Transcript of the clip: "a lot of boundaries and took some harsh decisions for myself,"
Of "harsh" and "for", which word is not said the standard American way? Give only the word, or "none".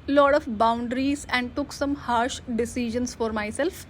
none